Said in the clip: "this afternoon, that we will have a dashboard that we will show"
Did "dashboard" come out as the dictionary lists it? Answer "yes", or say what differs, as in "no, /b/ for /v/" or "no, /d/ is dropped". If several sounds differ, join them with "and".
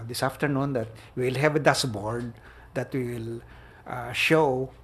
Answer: no, /s/ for /ʃ/